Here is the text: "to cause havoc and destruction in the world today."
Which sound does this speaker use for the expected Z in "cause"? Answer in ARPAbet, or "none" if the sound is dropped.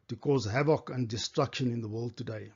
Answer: Z